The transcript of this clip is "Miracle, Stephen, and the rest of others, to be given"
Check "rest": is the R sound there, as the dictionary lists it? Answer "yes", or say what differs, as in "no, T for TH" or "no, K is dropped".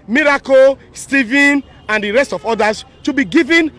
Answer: yes